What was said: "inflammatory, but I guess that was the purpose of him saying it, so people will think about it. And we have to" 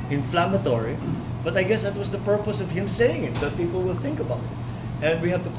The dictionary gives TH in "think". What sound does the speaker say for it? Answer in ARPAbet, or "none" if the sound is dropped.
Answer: TH